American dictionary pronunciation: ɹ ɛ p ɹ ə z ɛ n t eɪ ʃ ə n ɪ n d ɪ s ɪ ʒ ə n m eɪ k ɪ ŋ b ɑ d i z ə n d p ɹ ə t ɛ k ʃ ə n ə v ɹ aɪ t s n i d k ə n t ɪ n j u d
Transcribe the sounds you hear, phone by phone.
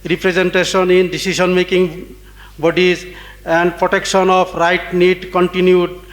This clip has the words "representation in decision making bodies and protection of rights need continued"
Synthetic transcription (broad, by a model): ɹ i p ɹ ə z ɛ n t eɪ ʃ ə n ɪ n d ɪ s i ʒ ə n m eɪ k ɪ ŋ b ɑ d i z ə n d p ɹ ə t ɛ k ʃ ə n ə p ɹ aɪ t n i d k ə n t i n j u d